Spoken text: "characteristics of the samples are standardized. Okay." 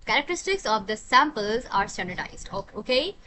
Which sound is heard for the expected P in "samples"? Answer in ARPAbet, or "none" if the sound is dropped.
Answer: P